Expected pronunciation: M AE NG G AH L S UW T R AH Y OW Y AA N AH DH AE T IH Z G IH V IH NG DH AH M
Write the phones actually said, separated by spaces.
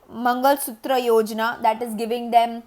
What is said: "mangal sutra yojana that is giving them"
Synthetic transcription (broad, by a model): M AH NG G AH L S UW T R AH Y OW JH N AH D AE T IH Z G IH V IH NG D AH M